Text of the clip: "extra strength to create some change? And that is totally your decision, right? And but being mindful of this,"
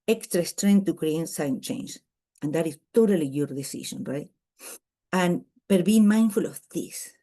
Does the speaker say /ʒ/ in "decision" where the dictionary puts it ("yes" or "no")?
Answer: no